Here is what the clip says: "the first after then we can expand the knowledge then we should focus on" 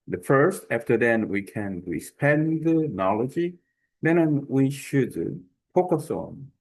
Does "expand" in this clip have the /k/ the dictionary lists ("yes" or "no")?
no